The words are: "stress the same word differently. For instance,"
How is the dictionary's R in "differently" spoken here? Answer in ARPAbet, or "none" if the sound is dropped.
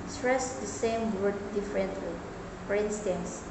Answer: R